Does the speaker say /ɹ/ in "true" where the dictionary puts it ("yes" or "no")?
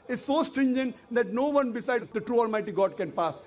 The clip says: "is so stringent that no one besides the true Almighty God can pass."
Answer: yes